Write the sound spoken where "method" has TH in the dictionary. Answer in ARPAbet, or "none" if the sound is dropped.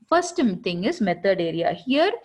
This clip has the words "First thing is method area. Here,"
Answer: T